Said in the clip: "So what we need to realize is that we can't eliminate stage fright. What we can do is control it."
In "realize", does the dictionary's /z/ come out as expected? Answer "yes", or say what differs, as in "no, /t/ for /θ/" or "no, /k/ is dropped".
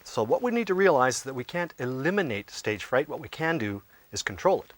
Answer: no, /z/ is dropped